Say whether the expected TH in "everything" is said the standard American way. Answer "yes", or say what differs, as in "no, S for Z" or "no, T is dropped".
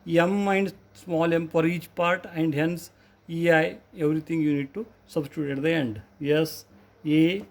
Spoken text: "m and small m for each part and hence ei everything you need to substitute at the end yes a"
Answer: no, T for TH